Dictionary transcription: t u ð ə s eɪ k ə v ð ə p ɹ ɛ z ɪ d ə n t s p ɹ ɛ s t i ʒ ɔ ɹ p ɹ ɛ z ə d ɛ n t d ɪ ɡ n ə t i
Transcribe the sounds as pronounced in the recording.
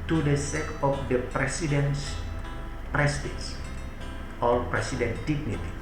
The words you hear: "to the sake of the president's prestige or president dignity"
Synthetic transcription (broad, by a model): t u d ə s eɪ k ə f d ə p ɹ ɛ s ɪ d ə n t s p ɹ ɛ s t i s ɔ l p ɹ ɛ s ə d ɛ n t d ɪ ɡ n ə t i